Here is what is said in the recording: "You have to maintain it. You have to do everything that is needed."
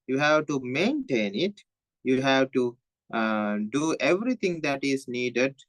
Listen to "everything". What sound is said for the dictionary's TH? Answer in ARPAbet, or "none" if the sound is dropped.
T